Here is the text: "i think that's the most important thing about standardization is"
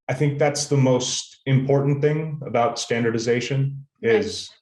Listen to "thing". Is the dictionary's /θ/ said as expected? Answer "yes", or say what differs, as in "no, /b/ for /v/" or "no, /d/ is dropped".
yes